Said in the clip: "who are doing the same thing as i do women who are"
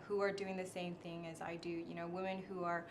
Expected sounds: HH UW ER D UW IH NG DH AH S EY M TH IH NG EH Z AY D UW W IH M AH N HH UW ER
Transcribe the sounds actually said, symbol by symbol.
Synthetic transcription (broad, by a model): HH UW ER D UW IH NG DH AH S EY M TH IH NG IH Z AY D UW W IH M AH N HH UW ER